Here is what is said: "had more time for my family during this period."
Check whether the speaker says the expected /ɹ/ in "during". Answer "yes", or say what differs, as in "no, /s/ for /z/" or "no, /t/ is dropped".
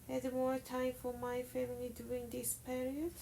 no, /ɹ/ is dropped